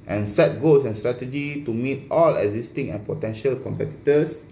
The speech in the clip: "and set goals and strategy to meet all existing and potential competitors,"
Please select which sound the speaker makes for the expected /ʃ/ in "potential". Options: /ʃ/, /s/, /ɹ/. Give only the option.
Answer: /ʃ/